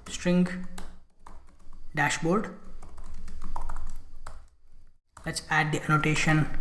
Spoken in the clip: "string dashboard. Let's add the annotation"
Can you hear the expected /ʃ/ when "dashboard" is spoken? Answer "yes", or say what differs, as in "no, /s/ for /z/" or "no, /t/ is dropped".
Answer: yes